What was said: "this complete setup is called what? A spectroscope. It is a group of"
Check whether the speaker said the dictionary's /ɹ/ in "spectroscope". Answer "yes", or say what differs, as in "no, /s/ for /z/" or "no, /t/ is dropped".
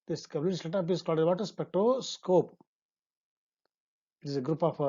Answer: no, /ɹ/ is dropped